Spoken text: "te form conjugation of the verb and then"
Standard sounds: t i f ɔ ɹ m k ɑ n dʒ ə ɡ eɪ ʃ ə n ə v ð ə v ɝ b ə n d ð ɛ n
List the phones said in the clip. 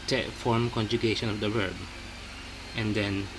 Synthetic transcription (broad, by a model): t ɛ f ɔ ɹ m k ɑ n dʒ ə ɡ eɪ ʃ ə n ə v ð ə w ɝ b ə n d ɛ n